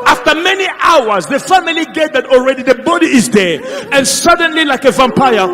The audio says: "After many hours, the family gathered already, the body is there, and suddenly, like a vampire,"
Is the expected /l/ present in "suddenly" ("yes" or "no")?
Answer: yes